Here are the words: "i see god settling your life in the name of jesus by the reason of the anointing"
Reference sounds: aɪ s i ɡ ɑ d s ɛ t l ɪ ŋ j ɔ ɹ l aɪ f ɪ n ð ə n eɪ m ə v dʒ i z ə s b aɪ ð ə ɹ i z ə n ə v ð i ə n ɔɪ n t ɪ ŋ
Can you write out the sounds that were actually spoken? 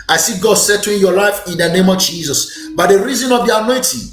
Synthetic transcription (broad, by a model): aɪ s i ɡ ɑ d s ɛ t ɪ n j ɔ l aɪ f ɪ n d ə n eɪ m ə v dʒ i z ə s b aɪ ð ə ɹ i z ə n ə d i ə n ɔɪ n t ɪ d